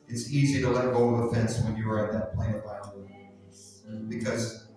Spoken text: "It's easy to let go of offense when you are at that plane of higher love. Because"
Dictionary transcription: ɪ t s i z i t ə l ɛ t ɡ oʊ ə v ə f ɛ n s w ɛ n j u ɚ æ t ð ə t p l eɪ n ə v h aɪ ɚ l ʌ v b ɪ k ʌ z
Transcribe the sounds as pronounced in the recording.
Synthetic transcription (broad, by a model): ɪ t s i z i t ə l ɛ t ɡ oʊ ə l ə f ɛ n s w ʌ n j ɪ ɚ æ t ð ə t p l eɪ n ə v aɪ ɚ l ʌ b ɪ k ʌ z